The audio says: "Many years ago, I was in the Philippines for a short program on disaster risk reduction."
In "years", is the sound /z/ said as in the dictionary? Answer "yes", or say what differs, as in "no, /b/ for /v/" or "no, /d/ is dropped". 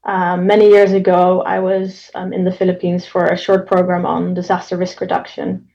yes